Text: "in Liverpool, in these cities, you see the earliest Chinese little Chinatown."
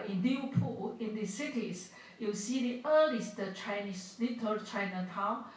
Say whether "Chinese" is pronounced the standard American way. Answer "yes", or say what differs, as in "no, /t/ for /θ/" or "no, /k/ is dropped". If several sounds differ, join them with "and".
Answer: no, /s/ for /z/